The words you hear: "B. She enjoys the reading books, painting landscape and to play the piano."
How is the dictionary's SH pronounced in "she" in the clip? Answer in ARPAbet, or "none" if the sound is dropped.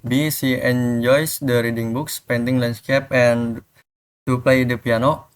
S